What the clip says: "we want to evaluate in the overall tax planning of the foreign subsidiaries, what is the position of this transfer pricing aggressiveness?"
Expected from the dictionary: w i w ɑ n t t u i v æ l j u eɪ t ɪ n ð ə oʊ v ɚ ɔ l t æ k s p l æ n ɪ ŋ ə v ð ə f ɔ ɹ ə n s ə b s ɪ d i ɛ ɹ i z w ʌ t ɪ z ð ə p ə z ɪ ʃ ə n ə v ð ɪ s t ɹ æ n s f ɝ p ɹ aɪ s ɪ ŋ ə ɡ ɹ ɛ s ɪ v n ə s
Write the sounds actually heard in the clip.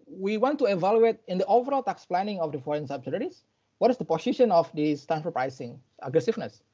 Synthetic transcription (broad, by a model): w i w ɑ n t t u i v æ l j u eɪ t ɪ n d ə oʊ v ɚ ɔ l t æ k s p l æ n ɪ ŋ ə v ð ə f ɔ ɹ ə n s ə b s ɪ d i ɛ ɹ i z w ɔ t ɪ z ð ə p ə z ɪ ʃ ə n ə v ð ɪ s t æ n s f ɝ p ɹ aɪ s ɪ ŋ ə ɡ ɹ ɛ s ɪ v n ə s